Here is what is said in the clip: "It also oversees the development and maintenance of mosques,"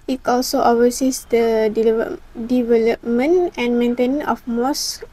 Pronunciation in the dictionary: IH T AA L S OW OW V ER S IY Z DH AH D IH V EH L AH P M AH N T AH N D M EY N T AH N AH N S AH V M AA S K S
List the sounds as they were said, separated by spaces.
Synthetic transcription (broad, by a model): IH T AA L S OW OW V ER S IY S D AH D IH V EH L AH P M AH N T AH N M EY N T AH N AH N AH F M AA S S